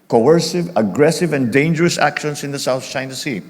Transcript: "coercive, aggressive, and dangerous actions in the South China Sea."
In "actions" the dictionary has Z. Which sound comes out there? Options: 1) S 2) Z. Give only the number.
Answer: 1